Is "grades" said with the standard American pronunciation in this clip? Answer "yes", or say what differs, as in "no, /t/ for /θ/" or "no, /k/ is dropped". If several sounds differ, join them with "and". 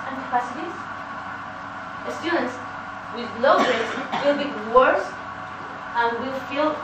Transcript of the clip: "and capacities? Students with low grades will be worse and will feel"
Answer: no, /ɹ/ is dropped